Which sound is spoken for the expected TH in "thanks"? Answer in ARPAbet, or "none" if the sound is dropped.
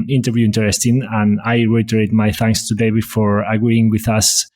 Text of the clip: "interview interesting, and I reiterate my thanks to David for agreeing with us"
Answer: TH